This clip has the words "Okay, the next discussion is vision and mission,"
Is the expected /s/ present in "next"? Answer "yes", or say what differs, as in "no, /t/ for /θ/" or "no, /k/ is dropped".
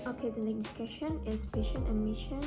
no, /s/ is dropped